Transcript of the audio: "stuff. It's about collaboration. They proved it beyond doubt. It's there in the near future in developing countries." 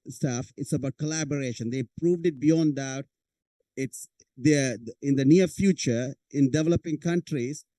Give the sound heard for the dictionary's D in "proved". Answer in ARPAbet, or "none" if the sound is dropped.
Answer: D